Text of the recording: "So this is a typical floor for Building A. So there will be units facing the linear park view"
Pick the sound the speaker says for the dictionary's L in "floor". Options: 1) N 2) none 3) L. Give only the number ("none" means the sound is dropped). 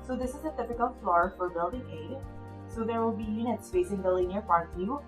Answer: 3